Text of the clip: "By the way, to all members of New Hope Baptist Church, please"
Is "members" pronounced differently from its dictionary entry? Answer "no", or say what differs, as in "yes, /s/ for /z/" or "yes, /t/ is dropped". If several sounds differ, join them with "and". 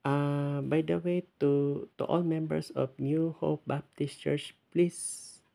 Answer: yes, /s/ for /z/